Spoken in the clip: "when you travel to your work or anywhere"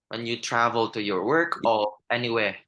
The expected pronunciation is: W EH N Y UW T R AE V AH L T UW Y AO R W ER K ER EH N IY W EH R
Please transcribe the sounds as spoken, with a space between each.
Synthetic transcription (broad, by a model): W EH N Y UW T R AE V AH L T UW Y AO R W ER K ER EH N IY W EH